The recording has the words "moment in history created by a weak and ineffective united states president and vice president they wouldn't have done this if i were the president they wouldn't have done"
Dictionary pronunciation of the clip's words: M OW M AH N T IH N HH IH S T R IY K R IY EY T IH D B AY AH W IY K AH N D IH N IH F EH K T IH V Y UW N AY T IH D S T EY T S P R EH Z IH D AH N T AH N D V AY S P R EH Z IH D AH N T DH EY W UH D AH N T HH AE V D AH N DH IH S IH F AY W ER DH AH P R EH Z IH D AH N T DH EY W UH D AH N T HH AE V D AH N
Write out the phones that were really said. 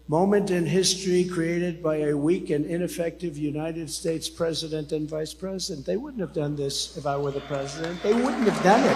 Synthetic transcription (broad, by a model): M OW M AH N T IH N HH IH S T R IY K R IY EY T IH D B AY AH W IY K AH N IH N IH F EH K T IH V Y UW N AY T IH D S T EY T S P R EH Z IH D AH N T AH N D V AY S P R EH Z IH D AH N DH EY W UH D N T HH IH V D AH N DH IH S IH F AY W ER DH AH P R EH Z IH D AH N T DH EY W UH D N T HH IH V D AH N